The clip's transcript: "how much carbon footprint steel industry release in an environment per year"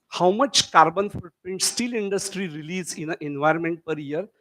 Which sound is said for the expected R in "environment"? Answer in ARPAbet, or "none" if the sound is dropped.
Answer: R